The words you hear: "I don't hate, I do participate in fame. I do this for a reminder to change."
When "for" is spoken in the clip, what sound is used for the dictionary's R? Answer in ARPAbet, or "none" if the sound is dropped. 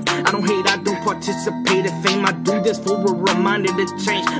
W